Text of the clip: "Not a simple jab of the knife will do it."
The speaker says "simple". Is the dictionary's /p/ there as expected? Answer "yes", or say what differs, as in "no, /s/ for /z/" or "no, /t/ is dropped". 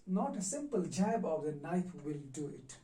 yes